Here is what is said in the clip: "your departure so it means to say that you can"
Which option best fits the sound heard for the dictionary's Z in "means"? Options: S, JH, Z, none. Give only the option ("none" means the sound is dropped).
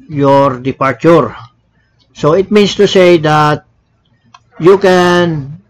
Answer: S